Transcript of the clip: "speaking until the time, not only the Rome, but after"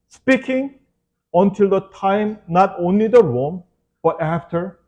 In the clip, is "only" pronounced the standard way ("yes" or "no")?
yes